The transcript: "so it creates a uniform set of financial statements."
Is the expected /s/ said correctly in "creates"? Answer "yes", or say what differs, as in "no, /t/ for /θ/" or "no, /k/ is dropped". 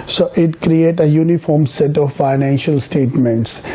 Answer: no, /s/ is dropped